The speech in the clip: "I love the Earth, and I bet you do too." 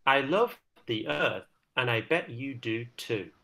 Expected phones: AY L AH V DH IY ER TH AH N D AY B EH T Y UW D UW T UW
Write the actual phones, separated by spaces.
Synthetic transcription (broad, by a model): AY L AH V DH IY ER TH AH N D AY B EH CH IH D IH T UW